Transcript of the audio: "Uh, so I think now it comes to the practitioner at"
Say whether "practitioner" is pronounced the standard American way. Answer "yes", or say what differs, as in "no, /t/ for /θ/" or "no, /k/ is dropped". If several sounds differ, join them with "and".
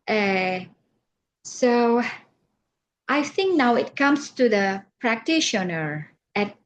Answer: yes